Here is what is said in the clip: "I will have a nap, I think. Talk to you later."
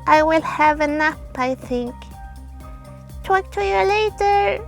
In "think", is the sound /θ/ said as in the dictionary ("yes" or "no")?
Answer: yes